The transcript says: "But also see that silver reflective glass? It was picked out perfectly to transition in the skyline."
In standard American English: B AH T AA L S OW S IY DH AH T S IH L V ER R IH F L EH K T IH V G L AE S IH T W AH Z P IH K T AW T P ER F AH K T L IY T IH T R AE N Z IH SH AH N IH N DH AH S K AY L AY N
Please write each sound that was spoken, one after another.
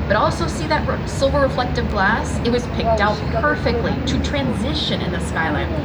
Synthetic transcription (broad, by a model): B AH T AA L S OW S IY DH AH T S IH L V ER R IH F L EH K T IH V G L AE S IH T W AH Z P IH K T AW T P ER F AH K T L IY T IH T R AE N Z IH SH AH N IH N DH AH S K AY L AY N